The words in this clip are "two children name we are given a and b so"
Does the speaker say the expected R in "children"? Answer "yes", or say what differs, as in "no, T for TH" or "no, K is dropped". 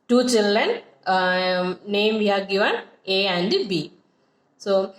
no, R is dropped